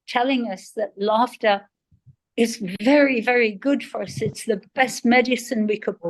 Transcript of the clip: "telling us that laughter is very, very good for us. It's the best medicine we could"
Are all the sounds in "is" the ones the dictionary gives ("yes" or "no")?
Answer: yes